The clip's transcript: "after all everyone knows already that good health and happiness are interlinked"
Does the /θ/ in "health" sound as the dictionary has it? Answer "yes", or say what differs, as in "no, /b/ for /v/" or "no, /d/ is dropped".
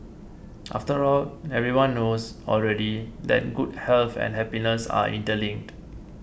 no, /f/ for /θ/